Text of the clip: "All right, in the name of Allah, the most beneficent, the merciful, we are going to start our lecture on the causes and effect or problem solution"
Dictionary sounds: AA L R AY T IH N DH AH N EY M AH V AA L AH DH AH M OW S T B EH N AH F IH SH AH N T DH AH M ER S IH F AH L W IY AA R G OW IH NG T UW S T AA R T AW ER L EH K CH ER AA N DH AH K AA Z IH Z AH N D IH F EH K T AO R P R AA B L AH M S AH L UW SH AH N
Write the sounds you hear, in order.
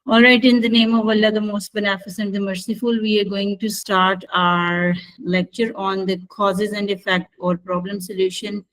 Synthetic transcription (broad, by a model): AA L R AY T IH N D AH N EY M AH V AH L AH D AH M OW S T B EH N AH F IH S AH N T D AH M ER S IH F AH L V IY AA R G OW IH NG T UW S T AA R T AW ER L EH K CH ER AA N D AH K AA Z IH Z AH N D IH F EH K T AO R P R AA B L AH M S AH L UW SH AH N